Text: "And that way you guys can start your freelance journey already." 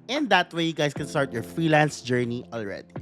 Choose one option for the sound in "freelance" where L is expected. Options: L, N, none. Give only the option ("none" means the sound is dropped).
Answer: L